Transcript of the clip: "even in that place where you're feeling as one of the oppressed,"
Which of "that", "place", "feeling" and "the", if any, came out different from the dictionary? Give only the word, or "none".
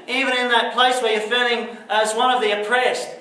feeling